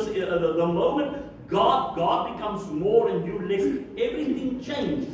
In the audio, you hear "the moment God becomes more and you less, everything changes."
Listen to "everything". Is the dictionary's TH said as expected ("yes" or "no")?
no